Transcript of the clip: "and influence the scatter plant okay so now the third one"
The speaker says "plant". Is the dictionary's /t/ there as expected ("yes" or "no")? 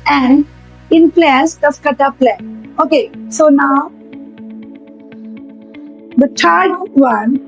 no